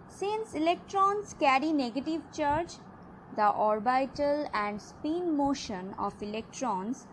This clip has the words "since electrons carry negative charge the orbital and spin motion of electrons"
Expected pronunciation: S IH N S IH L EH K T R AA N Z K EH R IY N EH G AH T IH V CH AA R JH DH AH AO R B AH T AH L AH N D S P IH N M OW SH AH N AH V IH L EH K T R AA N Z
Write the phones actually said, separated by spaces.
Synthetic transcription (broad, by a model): S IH N S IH L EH K T R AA N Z K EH R IY N EH G AH T IH V CH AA R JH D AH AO R B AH T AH L AH N D S P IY N M OW SH AH N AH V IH L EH K T R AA N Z